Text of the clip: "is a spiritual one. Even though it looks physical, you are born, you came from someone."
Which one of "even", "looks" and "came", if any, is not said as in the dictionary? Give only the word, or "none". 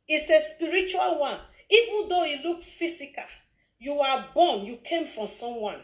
looks